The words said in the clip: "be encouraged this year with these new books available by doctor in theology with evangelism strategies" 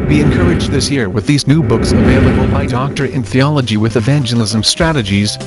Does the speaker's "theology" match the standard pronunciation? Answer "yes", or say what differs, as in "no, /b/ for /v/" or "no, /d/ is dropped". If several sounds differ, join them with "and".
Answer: yes